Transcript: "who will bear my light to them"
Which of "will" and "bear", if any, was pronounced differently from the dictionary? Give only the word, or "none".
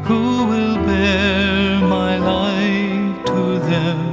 none